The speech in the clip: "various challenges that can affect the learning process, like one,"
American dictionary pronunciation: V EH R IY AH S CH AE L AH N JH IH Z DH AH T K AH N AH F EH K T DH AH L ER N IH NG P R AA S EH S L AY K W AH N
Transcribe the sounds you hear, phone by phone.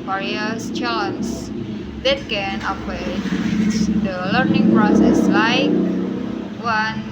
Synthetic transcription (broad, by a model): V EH R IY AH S CH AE L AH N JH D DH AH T K AH N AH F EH T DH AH L ER N IH NG P R AA S EH S L AY K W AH N